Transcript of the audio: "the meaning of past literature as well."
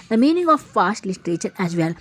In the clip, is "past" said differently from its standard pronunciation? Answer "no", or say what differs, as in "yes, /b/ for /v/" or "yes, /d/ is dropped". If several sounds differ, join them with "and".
yes, /f/ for /p/